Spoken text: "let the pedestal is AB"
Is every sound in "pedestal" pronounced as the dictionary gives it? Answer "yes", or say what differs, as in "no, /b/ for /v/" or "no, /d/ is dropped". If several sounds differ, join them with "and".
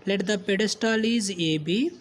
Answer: yes